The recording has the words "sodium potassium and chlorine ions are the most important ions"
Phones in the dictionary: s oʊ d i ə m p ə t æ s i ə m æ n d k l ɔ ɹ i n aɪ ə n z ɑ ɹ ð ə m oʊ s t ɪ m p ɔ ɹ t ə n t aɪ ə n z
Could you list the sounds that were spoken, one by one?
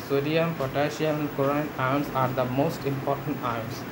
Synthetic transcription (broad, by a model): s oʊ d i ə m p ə t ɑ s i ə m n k ɔ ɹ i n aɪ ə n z ɑ ɹ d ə m oʊ s t ɪ m p ɔ ɹ t ə n t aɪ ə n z